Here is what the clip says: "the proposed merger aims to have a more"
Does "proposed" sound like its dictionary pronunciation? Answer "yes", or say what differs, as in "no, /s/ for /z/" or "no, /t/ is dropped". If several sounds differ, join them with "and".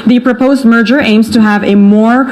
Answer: yes